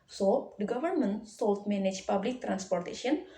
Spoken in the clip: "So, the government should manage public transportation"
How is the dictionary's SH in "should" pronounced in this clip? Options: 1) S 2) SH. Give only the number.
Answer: 1